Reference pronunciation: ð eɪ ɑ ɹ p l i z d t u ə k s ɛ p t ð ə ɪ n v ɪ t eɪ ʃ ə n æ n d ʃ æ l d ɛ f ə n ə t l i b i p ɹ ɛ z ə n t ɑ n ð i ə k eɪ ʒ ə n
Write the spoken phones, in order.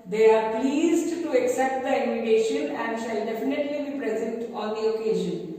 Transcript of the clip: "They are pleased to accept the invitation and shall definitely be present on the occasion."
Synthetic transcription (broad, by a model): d eɪ ɑ ɹ p l i z d t u ə k s ɛ p t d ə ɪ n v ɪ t eɪ ʃ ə n æ n d ʃ æ l d ɛ f ə n ə t l i b i p ɹ ɛ z ə n t ɑ n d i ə k eɪ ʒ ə n